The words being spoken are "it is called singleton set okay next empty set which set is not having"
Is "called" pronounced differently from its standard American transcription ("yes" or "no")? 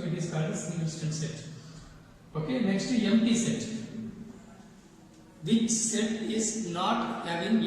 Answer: yes